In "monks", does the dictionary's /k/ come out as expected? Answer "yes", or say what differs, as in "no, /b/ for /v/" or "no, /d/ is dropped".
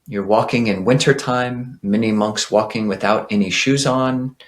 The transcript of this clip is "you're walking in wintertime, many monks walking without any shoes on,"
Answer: yes